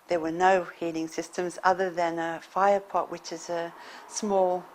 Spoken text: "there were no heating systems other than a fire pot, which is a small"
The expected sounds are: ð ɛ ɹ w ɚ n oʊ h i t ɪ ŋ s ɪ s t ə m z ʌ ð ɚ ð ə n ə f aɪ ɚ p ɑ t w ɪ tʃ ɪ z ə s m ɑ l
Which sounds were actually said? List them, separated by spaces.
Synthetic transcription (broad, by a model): ð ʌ ɹ w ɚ n oʊ h i t ɪ ŋ s ɪ s t ə m z ʌ ð ɚ ð ə n ə f aɪ ɚ p ɑ t w ɪ tʃ ɪ z ə s m ɑ l